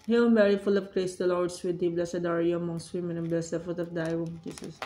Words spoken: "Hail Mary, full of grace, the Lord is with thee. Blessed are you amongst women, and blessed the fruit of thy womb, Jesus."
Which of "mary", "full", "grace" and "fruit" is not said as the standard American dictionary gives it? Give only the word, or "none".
fruit